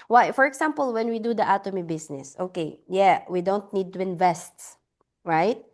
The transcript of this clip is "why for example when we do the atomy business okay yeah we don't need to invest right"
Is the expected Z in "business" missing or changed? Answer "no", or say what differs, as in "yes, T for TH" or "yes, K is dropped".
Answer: yes, S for Z